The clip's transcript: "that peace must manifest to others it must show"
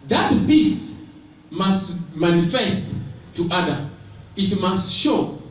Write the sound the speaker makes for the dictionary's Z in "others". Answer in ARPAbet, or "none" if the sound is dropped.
none